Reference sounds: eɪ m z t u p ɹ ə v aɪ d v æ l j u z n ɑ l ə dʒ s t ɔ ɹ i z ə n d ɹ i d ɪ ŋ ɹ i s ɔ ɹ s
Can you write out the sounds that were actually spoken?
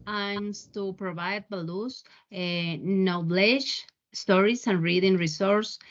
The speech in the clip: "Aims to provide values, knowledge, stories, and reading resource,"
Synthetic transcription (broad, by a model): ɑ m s t u p ɹ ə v aɪ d b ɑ l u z n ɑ l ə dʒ s t ɔ ɹ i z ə n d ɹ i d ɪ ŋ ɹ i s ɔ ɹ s